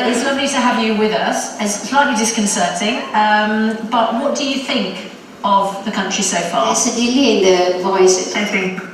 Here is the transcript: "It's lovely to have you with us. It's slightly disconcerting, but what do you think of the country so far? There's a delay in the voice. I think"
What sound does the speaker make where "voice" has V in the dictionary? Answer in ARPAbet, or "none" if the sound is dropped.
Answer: V